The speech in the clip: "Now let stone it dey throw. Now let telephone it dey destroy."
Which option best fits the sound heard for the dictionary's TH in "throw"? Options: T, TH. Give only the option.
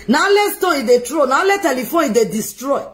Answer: T